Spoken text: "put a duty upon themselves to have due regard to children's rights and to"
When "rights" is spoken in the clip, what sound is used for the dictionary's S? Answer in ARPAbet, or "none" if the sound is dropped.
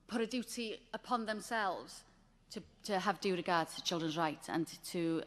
none